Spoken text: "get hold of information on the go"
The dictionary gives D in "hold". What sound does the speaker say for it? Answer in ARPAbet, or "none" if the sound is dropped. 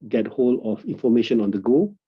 none